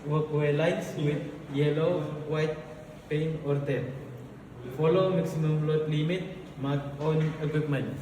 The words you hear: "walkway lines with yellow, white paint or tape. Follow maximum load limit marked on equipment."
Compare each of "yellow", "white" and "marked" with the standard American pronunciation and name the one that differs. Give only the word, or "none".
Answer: marked